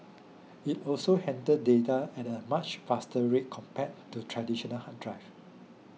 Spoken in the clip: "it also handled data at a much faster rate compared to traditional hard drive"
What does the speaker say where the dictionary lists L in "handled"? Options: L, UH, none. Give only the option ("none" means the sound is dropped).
none